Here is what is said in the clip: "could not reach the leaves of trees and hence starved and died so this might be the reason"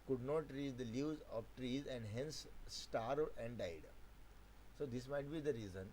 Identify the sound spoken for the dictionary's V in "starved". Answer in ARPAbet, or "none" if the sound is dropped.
none